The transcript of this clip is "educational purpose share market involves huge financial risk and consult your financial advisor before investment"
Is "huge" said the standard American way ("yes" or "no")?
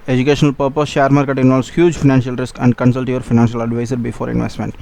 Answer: yes